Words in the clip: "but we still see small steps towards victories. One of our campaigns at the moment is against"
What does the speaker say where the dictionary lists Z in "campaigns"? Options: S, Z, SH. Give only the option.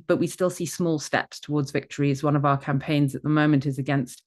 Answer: Z